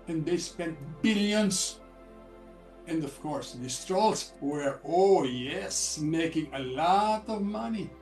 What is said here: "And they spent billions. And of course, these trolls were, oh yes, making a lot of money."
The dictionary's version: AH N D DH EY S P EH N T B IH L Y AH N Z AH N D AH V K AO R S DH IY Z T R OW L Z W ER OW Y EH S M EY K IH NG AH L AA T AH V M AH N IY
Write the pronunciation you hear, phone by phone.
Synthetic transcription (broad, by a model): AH N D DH EY S P EH N T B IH L Y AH N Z AH N D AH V K AO R S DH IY S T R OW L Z W ER OW Y EH S M EY K IH NG AH L AA T AH V M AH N IY